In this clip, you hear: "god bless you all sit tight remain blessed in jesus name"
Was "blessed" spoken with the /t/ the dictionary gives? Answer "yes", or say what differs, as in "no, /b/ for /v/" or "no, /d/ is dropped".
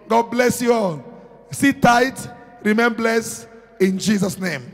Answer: no, /t/ is dropped